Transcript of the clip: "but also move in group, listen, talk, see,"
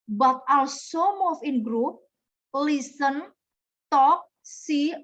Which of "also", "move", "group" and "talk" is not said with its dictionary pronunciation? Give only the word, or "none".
move